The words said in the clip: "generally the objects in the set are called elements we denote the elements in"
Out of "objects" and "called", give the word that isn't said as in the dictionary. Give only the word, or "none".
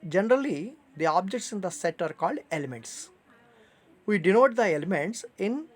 none